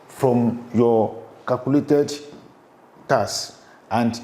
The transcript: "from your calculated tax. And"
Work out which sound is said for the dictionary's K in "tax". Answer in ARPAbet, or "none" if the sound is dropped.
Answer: none